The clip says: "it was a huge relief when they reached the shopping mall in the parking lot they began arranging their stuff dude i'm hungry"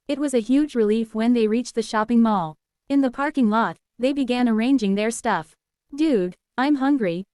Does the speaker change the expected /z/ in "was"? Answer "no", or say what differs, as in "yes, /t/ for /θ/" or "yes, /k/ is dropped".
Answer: no